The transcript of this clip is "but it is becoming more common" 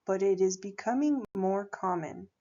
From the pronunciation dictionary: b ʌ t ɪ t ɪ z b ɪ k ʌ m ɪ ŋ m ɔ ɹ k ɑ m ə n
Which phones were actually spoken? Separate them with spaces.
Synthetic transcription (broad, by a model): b ʌ t ɪ t ɪ z b ɪ k ʌ m ɪ ŋ m ɔ ɹ k ɑ m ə n